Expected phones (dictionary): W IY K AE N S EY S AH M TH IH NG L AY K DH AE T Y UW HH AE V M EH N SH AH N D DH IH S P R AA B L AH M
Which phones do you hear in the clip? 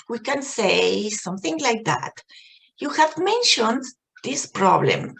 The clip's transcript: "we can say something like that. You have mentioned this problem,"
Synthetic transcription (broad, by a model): W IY K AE N S EY S AH M TH IH NG L AY K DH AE T Y UW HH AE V M EH N SH AH N D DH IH S P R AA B L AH M